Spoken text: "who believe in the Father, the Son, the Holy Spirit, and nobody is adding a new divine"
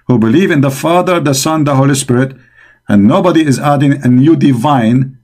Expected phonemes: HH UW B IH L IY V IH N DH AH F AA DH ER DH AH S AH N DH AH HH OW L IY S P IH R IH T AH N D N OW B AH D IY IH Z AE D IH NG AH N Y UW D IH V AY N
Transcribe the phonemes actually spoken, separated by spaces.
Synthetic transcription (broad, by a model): HH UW B IH L IY V IH N DH AH F AA DH ER DH AH S AH N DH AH HH OW L IY S P IH R IH T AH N N OW B AH D IY IH Z AE D IH NG AH N Y UW D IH V AY N